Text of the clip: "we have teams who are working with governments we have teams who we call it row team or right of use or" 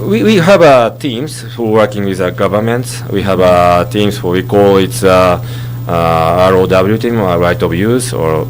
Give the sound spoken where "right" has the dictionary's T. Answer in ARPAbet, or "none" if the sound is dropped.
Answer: T